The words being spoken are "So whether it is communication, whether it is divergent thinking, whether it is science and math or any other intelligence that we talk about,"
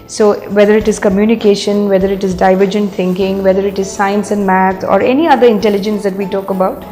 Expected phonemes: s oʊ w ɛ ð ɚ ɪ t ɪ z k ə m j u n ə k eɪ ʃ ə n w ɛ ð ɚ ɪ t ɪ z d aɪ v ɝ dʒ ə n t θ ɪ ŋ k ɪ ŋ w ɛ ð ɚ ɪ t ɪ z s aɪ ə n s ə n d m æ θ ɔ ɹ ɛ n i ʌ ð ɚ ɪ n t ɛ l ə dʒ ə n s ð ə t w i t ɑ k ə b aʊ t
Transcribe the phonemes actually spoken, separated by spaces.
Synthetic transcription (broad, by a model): s oʊ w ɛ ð ɚ ɪ t ɪ z k ə m j u n ə k eɪ ʃ ə n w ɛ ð ɚ ɪ t ɪ z d aɪ v ɝ dʒ ə n t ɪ ŋ k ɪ ŋ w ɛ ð ɚ ɪ t ɪ z s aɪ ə n s ə n d m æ t ɔ ɹ ɛ n i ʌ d ɚ ɪ n t ɛ l ə dʒ ə n s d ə t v i t ɑ k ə b aʊ t